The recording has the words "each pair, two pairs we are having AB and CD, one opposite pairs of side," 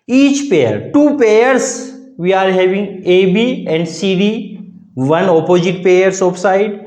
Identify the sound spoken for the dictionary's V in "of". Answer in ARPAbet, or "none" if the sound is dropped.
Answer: P